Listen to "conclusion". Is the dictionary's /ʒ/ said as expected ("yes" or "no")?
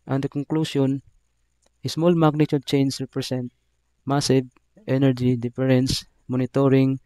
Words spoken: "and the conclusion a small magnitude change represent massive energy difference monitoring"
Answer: no